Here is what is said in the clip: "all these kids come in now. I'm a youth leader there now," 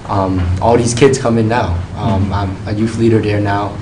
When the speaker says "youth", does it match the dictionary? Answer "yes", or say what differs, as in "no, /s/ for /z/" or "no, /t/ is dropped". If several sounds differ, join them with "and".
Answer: no, /f/ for /θ/